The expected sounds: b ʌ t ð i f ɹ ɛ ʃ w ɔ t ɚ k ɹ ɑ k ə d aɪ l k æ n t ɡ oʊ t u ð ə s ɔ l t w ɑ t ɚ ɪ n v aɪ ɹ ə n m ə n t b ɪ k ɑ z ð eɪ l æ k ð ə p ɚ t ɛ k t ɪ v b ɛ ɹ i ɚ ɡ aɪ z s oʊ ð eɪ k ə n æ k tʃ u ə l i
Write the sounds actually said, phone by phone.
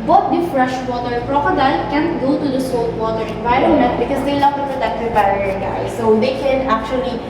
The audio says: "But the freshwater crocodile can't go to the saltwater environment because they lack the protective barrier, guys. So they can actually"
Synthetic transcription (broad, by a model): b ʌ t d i f ɹ ɛ ʃ w ɔ t ɚ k ɹ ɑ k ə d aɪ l k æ n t ɡ oʊ t u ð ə s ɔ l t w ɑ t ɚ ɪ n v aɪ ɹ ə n ə t b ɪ k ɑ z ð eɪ l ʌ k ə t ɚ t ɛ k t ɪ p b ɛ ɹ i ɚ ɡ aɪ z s oʊ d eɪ k ə n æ k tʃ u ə l i